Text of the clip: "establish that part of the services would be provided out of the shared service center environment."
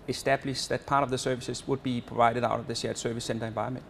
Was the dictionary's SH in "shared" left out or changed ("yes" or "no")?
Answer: yes